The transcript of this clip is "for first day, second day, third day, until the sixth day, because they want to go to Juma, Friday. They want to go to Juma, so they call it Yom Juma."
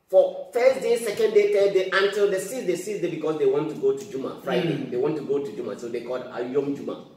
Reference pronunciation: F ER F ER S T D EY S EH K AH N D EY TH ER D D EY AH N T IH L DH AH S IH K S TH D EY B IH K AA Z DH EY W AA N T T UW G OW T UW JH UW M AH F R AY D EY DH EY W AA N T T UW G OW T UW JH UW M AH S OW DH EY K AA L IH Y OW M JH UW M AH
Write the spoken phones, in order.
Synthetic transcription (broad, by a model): F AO F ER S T D EY S EH K AH N D EY T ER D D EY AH N T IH L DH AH S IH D S S D EY B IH K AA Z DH EY W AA N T T UW G OW T UW JH UW M AH F R AY D EY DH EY W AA N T T UW G OW T UW JH UW M AH S OW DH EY K AA L IH Y OW M JH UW M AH